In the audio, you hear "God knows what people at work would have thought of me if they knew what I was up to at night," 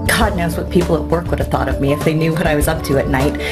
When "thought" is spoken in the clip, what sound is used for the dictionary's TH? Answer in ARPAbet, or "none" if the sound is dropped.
TH